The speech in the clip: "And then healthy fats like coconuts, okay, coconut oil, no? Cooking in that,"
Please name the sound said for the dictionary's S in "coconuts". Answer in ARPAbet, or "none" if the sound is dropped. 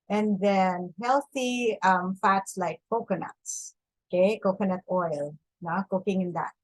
S